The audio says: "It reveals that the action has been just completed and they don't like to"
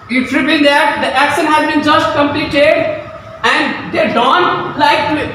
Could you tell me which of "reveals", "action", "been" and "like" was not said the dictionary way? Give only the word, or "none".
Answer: reveals